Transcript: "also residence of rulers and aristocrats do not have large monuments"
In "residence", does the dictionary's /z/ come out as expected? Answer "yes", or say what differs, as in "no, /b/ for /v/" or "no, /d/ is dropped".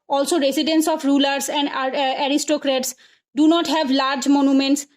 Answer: no, /s/ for /z/